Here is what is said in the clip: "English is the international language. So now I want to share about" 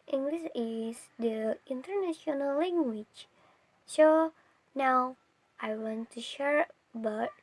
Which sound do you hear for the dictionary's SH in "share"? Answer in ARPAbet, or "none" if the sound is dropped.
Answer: SH